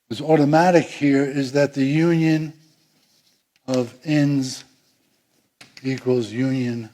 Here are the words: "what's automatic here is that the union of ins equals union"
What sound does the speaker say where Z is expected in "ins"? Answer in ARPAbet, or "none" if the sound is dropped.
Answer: Z